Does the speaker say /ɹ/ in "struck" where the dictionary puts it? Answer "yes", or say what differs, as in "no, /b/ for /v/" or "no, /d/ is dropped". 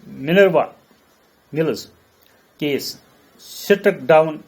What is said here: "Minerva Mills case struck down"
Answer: no, /ɹ/ is dropped